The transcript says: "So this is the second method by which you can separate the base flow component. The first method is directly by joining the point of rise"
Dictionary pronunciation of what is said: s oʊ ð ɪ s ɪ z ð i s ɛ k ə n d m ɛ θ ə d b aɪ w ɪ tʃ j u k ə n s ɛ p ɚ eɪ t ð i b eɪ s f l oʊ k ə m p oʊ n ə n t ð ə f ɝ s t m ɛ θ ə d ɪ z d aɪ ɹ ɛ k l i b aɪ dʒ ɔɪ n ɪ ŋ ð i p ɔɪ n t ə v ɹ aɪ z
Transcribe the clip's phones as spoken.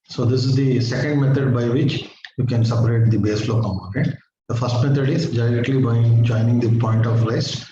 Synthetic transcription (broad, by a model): s oʊ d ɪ s ɪ z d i s ɛ k ə n d m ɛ t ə d b aɪ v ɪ tʃ j u k ə n s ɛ p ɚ eɪ t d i b eɪ s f l oʊ k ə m oʊ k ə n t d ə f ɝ s t m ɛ t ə d ɪ z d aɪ ɹ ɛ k l i b aɪ dʒ ɔɪ n ɪ ŋ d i p ɔɪ n t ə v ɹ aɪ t